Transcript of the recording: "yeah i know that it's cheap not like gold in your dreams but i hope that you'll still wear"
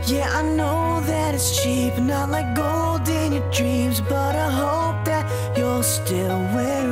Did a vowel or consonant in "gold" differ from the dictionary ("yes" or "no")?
no